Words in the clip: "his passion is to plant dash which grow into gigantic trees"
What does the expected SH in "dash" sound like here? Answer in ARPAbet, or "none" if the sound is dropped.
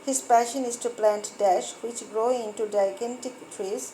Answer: SH